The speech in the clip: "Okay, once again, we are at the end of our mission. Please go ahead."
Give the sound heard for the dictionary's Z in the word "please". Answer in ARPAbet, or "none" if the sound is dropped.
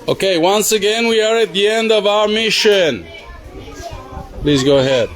Z